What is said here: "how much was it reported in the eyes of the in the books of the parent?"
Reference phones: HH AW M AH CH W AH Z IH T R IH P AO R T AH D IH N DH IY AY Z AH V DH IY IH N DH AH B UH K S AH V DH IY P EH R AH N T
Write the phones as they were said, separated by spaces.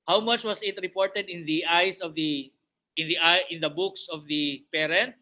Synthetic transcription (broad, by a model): HH AW M AH CH W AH S IH T R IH P AO R T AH D IH N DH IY AY S AH V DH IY IH N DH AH B UH K S AH V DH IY P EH R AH N T